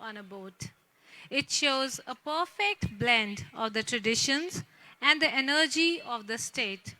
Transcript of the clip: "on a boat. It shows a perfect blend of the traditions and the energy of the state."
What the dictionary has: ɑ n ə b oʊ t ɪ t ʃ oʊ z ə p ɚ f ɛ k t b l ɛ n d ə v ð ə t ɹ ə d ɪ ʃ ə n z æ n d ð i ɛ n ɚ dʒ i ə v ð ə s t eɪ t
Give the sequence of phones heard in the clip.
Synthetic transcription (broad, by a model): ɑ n ə b oʊ t ɪ t ʃ oʊ z ə p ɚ f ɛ k t b l ɛ n d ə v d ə t ɹ ə d ɪ ʃ ə n z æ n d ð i ɛ n ɚ dʒ i ə v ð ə s t eɪ t